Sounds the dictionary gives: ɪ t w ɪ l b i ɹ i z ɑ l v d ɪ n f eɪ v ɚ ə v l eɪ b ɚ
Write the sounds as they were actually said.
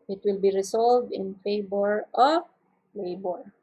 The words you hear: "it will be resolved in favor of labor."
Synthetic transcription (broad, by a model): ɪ t w ɪ l b i ɹ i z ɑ l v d ɪ n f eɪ b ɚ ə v l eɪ b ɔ